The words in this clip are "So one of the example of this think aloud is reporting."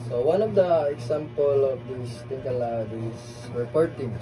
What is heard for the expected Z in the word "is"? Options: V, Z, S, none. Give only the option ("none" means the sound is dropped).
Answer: S